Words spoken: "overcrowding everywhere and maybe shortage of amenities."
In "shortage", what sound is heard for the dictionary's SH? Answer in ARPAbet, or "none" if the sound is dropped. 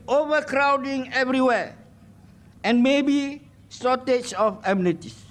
S